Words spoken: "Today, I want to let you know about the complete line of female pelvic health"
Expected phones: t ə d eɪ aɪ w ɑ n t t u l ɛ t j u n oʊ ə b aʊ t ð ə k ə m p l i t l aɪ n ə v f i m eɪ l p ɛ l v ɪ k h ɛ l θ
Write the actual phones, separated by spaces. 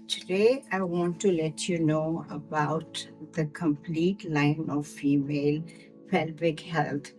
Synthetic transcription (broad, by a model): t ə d eɪ aɪ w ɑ n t t u l ɛ t j u n oʊ ə b aʊ t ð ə k ə m p l i t l aɪ n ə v f i m eɪ l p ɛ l b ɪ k h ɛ l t